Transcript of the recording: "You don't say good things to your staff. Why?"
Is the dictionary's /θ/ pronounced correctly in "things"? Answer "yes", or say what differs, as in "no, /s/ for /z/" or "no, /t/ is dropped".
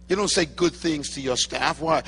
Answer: yes